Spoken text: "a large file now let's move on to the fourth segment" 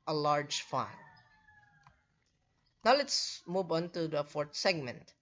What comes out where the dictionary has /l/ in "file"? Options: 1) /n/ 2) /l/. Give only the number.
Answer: 1